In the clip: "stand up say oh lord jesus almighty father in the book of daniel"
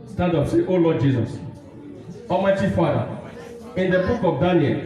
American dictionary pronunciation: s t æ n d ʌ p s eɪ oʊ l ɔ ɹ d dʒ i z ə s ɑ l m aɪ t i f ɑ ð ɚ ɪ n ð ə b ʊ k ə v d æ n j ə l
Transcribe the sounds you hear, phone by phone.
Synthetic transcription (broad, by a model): s t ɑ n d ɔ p s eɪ oʊ l ɔ d dʒ i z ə s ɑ m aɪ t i f ɑ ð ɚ ɪ n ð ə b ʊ k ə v d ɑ n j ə l